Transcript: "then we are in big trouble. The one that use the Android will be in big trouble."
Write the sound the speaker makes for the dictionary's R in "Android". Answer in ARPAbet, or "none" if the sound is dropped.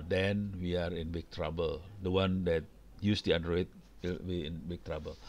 W